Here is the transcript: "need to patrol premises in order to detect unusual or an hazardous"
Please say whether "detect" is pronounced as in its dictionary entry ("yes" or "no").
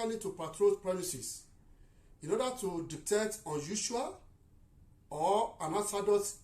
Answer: no